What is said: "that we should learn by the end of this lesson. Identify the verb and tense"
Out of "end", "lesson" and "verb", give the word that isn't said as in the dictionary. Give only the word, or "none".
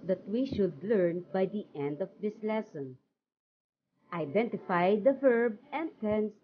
none